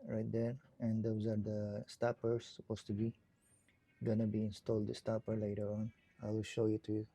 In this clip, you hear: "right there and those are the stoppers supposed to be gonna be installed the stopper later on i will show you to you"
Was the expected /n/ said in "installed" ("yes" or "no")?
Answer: yes